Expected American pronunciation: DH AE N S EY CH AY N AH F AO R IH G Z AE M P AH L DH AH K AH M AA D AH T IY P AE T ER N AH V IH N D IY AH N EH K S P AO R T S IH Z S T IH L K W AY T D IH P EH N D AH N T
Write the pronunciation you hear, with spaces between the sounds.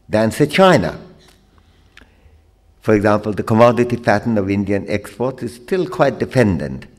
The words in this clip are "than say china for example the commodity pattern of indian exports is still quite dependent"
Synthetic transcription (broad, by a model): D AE N S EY CH AY N AH F AO R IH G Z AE M P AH L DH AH K AH M AA D AH T IY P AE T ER N AH V IH N D IY AH N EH K S P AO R T S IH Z S T IH L K W AY T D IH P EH N D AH N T